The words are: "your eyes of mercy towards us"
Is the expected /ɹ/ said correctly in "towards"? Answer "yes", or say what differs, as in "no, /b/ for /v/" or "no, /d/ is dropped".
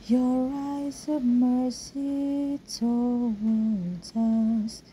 no, /l/ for /ɹ/